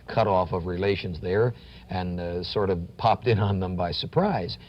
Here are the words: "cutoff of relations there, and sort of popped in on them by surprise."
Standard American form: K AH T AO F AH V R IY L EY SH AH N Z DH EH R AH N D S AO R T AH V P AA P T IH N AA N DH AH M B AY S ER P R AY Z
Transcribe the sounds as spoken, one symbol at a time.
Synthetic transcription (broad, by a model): K AH T AO F AH V R IY L EY SH AH N Z DH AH R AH N S AO R T AH V P AA P T IH N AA N DH AH M B AY S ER P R AY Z